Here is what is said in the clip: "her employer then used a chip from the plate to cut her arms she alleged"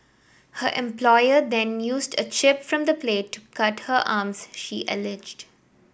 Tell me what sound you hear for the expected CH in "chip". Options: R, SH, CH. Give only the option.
CH